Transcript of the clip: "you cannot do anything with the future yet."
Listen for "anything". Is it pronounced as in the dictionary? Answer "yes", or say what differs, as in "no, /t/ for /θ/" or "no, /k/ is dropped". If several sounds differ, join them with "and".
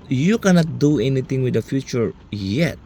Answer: no, /t/ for /θ/